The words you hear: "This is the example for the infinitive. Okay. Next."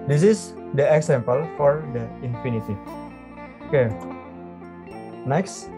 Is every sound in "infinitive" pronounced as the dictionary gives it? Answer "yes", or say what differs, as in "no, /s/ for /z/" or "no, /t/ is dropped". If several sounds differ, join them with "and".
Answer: no, /v/ is dropped